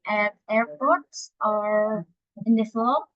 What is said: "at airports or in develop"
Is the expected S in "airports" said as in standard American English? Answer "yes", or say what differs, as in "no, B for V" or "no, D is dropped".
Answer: yes